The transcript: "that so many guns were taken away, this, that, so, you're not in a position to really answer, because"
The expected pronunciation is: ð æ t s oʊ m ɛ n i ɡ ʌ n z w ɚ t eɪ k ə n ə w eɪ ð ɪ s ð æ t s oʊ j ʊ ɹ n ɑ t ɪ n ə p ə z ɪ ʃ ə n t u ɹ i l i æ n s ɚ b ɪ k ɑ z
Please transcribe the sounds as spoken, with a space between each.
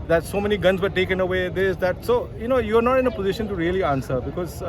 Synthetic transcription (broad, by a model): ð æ t s oʊ m ɛ n i ɡ ʌ n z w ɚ t eɪ k ə n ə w eɪ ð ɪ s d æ t s oʊ j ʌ ɹ n ɑ t ɪ n ə p ə z ɪ ʃ ə n t u ɹ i l i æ n s ɚ b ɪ k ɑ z